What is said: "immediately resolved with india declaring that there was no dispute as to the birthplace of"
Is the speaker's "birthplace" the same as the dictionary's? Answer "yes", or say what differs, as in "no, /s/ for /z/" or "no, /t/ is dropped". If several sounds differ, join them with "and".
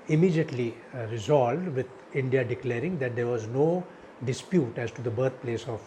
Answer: no, /t/ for /θ/